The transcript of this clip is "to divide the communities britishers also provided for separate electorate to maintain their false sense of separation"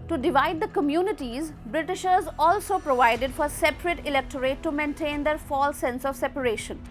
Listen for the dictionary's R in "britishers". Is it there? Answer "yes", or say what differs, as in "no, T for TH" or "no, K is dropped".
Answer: yes